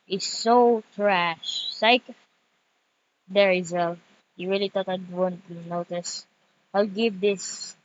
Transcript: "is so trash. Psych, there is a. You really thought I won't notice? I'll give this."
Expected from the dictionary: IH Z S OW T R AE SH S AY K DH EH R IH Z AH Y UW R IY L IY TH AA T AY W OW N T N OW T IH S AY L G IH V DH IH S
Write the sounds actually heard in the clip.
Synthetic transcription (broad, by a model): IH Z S OW T R AE SH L AY K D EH R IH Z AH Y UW R IY L IY T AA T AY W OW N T N OW T IH S AY L G IH V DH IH S